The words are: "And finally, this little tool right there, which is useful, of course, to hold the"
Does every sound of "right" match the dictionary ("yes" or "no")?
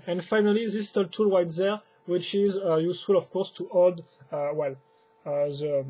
no